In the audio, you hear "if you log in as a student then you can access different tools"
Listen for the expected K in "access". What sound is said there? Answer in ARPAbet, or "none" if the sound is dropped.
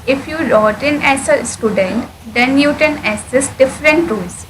none